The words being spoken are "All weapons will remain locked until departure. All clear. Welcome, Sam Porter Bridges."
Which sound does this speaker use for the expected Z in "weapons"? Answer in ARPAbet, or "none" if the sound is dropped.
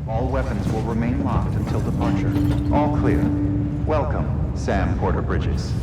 Z